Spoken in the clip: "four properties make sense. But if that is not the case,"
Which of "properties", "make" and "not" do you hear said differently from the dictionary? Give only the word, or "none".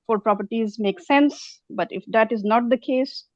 none